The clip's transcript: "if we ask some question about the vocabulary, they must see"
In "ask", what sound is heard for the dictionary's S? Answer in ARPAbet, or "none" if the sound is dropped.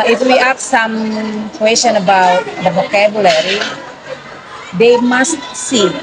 none